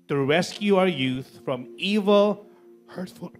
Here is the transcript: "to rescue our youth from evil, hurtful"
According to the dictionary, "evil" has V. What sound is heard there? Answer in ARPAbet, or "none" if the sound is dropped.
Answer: V